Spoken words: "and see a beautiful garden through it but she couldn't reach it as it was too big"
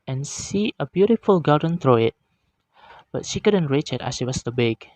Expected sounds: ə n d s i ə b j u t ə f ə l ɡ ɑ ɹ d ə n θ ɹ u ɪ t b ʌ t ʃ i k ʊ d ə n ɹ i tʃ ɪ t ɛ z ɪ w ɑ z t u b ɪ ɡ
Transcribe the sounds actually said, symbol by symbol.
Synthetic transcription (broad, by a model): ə n s i ə b j u t ə f ə l ɡ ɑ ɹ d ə n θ ɹ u ɪ t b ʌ t ʃ i k ʊ d ə n ɹ i tʃ ɪ t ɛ s ɪ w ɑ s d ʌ b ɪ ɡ